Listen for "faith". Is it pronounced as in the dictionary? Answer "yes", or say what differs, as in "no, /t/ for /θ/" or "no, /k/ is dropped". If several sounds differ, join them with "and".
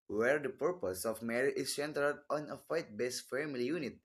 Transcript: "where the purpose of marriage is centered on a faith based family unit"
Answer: no, /t/ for /θ/